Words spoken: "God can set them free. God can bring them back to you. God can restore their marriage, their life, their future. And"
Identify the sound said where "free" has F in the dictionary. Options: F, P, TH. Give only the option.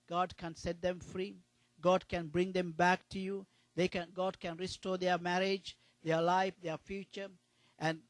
F